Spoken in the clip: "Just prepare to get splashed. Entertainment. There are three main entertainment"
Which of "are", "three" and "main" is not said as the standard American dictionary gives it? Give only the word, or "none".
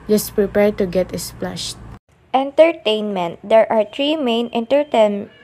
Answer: three